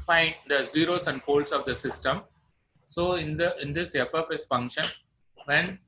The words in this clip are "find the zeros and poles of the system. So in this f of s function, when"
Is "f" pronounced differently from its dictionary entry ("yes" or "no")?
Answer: yes